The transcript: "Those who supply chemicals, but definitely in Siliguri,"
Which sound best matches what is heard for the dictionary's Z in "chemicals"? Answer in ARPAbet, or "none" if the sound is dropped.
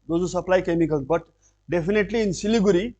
none